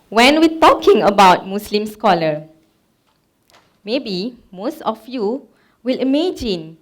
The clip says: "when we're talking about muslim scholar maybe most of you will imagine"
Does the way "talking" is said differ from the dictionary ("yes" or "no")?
no